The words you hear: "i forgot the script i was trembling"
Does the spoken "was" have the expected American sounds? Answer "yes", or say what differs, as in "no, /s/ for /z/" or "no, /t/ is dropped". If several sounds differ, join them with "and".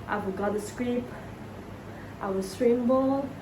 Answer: no, /s/ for /z/